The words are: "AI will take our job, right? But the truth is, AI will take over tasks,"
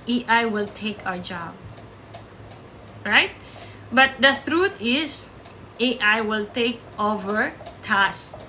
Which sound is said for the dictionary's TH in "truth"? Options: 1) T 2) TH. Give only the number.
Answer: 1